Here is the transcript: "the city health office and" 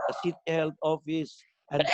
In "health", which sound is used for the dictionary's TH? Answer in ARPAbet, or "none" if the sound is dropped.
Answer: T